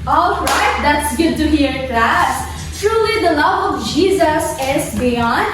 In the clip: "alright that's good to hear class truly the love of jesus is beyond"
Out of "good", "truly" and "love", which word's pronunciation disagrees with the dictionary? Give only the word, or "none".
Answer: none